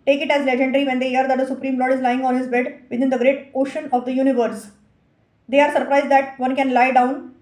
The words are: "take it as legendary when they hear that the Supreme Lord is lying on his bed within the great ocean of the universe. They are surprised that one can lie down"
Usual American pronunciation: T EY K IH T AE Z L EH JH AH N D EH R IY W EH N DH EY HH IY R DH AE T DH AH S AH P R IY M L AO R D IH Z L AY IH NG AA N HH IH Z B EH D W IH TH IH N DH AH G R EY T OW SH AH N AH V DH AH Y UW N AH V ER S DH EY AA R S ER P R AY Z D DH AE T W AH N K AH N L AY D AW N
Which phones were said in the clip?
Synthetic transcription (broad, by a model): T EY K IH T AE Z L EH JH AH N D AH R IY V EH N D EY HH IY R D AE T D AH S AH P R IY M L AO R D IH Z L AY IH NG AA N HH IH Z B EH D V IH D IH N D AH G R EY T OW SH AH N AH V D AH Y UW N AH V ER S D EY AA R S ER P R AY Z D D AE T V AH N K AH N L AY D AW N